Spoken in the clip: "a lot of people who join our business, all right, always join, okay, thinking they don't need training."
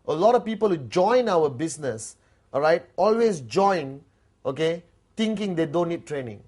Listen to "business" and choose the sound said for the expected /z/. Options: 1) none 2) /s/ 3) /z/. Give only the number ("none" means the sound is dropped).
2